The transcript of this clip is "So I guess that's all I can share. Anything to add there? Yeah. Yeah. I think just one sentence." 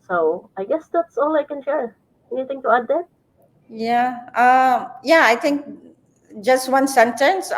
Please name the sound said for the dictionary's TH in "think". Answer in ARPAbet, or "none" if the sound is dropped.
T